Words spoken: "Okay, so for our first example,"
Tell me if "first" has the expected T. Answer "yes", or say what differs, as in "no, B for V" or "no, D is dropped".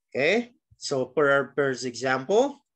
no, T is dropped